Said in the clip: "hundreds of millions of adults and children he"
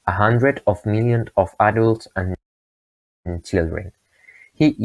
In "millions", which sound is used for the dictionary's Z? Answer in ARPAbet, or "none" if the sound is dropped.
none